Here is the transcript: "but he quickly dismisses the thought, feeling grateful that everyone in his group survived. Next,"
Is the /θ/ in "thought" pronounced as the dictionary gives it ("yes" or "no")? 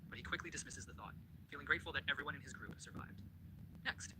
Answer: yes